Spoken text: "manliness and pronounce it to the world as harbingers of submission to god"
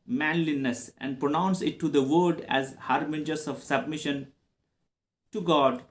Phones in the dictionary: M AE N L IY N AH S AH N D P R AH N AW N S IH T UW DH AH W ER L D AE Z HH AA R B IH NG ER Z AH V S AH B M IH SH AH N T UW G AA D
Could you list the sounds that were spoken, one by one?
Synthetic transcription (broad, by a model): M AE N L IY N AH S AH N D P R AH N AW N S IH T UW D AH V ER D AE Z HH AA R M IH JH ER S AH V S AH B M IH SH AH N T UW G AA D